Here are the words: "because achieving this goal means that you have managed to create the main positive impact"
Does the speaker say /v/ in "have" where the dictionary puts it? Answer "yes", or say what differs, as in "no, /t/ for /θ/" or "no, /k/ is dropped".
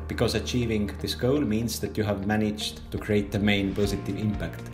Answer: yes